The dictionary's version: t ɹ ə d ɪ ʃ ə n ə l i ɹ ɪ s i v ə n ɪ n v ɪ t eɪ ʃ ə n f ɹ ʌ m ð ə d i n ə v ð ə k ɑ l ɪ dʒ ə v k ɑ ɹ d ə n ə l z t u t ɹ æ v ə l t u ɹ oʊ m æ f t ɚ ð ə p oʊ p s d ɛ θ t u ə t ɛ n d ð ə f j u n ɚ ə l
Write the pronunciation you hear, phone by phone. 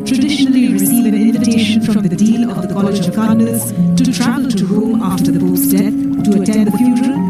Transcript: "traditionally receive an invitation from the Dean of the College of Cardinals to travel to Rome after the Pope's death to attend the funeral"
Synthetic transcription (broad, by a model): t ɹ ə d ɪ ʃ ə n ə l i ɹ ɪ s i v ə n ɪ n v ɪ t eɪ ʃ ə n f ɹ ʌ m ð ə d i l ə v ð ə k ɑ l ɪ dʒ ə v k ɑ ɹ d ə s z t u t ɹ æ v ə l t u ɹ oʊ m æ f t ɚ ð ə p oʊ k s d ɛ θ t u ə t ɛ n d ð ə f j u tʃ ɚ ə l